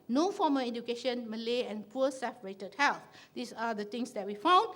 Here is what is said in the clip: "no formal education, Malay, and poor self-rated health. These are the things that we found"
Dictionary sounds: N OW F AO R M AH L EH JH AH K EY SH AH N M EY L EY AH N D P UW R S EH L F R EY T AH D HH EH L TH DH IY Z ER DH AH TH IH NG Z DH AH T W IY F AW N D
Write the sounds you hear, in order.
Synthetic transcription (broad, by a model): N OW F AO M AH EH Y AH K EY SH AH N M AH L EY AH N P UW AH S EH F R EY T AH D HH EH L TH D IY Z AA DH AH T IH NG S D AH T W IY F AW N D